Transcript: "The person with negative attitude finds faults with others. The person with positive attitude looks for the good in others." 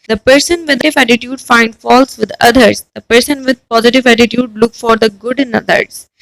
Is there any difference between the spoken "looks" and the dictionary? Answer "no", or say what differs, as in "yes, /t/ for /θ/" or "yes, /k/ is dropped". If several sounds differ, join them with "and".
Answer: yes, /s/ is dropped